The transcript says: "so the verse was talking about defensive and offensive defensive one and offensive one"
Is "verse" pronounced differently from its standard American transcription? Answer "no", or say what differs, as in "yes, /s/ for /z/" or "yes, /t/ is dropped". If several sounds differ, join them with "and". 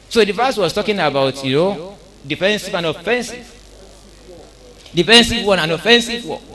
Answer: yes, /f/ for /v/